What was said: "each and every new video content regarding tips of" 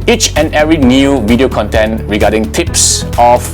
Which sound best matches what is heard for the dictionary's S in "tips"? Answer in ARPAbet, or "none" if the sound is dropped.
S